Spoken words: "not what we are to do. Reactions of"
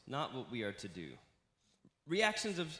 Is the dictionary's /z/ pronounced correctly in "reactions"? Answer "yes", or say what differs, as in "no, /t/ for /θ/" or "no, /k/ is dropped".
yes